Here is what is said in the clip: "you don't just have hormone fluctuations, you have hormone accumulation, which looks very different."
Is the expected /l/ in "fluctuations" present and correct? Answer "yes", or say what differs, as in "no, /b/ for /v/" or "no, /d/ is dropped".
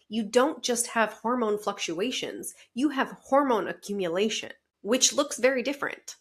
yes